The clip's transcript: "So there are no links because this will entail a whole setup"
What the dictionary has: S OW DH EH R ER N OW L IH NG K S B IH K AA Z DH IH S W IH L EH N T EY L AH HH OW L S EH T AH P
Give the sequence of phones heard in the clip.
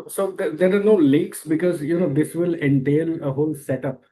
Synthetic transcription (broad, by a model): S OW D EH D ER N OW L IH K S B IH K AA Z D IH S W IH L EH N T EY L AH HH OW L S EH T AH P